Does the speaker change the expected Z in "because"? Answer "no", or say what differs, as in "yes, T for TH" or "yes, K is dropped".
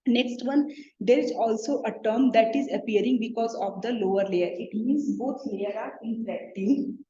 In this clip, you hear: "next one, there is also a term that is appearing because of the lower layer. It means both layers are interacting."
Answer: no